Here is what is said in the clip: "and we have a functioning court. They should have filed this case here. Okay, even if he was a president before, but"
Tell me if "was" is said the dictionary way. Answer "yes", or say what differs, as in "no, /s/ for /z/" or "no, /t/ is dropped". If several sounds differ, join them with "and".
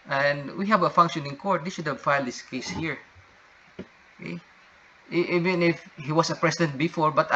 no, /s/ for /z/